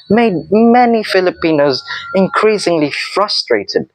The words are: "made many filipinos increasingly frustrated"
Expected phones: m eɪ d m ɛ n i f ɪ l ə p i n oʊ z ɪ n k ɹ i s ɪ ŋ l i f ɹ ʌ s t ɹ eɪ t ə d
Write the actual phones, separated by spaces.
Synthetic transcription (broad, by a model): m eɪ d m ɛ n i f ɪ l ə p i n oʊ z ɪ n k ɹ i s ɪ ŋ l i f ɹ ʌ s t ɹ eɪ t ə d